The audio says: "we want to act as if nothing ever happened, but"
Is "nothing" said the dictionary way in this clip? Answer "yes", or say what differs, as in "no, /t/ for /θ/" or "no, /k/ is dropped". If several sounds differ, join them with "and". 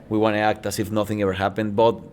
yes